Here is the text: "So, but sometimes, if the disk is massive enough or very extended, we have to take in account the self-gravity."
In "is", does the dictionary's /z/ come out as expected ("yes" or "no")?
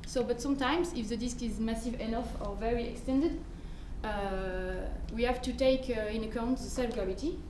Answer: yes